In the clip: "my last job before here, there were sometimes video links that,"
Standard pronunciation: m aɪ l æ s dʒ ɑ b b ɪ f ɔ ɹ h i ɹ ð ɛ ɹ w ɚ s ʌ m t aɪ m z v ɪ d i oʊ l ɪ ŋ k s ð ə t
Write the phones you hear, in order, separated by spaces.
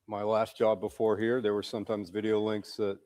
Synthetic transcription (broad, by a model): m aɪ l æ s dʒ ɑ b b ɪ f ɔ ɹ h i ɹ ð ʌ ɹ w ɚ s ʌ m t aɪ m z v ɪ d i oʊ l ɪ ŋ k s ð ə t